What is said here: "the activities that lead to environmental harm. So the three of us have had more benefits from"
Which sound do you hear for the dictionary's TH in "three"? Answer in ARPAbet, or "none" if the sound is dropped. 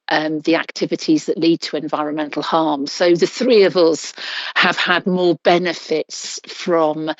TH